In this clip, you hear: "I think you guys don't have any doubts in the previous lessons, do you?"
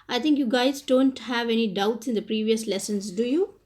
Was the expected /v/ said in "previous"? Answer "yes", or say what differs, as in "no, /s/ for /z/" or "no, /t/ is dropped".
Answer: yes